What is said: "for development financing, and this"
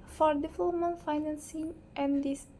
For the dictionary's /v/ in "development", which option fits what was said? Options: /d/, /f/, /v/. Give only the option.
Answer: /f/